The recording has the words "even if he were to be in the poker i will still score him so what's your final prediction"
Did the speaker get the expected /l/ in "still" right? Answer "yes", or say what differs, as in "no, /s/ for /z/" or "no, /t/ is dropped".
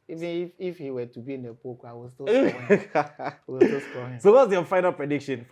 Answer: no, /w/ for /l/